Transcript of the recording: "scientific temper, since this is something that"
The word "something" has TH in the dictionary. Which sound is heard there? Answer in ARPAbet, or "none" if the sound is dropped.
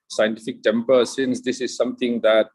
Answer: T